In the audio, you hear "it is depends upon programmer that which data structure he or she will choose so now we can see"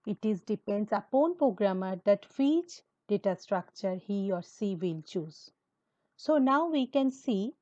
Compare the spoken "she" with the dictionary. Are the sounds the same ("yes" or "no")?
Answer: no